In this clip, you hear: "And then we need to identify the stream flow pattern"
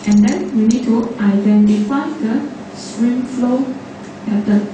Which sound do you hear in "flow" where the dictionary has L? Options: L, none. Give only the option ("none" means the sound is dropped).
L